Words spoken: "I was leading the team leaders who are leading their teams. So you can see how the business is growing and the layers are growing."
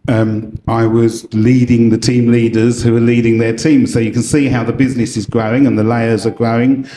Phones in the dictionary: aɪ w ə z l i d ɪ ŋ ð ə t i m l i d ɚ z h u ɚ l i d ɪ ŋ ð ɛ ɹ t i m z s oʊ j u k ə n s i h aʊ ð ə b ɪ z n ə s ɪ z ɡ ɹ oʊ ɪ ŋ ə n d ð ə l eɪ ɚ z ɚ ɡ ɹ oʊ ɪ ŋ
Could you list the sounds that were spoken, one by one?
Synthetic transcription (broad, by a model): aɪ w ə z l i d ɪ ŋ ð ə t i m l i d ɚ z h u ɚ l i d ɪ ŋ ð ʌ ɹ t i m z s oʊ j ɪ k ə n s i h aʊ ð ə b ɪ z n ə s ɪ z ɡ ɹ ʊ ɪ ŋ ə n ð ə l eɪ ɚ z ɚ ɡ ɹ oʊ ɪ ŋ